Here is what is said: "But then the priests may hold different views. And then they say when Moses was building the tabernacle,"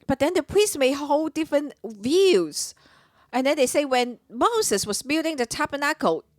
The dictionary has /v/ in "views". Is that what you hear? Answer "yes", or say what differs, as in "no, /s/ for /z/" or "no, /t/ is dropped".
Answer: yes